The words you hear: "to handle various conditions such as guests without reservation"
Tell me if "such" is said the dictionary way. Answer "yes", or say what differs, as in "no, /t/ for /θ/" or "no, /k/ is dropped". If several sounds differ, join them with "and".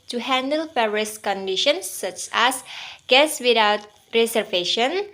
yes